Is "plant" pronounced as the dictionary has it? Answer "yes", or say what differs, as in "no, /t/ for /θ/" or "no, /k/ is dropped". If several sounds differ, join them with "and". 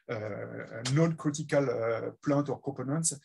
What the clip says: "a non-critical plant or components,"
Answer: no, /n/ is dropped